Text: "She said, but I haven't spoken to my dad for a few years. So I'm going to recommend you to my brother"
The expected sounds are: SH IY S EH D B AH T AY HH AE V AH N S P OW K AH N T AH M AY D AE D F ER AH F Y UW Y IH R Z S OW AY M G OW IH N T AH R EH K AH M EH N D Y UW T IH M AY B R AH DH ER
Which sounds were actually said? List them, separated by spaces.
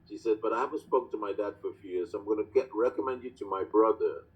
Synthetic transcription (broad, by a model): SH IY S EH D B AH T AY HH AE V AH S P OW AH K T AH M AY D AE D F ER AH F Y UW Y IH R Z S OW AY M G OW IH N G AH R EH K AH M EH N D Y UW T IH M AY B R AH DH ER